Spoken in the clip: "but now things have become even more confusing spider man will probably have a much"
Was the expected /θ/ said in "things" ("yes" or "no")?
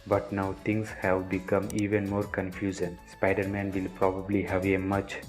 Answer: no